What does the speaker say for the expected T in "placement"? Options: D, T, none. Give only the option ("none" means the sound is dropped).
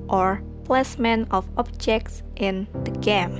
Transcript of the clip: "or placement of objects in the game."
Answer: none